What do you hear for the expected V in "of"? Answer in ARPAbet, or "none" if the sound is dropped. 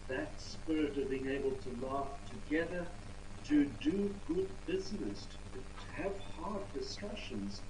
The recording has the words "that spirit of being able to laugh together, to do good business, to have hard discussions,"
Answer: V